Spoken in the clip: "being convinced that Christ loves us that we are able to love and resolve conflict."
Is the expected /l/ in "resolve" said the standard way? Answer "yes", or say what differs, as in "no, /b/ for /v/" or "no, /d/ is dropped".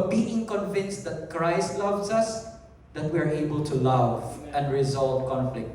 yes